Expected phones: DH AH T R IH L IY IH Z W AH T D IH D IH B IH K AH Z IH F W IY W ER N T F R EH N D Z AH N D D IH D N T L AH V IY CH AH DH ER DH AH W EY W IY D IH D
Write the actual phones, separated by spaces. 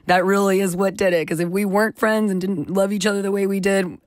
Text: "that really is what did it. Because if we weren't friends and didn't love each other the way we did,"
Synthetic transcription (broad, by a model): DH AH T R IH L IY IH Z W AH T D IH D IH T K AH Z IH F W IY W ER N T F R EH N D Z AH N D D IH D N T L AH V IY CH AH DH ER DH AH W EY W IY D IH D